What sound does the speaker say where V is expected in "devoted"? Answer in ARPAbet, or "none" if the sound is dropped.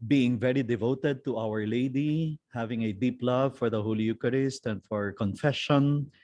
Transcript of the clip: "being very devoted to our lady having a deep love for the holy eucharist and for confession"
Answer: V